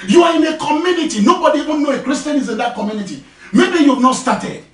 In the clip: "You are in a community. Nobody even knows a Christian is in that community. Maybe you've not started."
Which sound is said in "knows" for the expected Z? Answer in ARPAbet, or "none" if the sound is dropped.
none